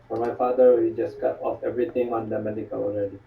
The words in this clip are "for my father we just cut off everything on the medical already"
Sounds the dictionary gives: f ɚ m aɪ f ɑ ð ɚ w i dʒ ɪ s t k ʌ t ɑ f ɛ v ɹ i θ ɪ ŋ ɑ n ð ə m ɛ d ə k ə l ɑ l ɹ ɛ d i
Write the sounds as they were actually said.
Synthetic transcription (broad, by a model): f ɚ m aɪ f ɑ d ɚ w i dʒ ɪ s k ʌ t ɑ f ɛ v ɹ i t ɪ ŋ ɑ n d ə m ɛ d ə k ə l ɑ l ɹ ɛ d i